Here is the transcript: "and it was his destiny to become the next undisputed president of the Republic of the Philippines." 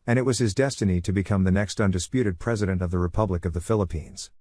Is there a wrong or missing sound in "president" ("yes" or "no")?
no